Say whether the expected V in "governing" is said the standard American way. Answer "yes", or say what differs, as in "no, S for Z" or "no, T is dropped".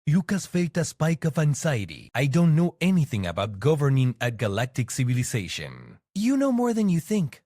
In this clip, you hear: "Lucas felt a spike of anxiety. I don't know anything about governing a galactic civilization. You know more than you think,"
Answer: yes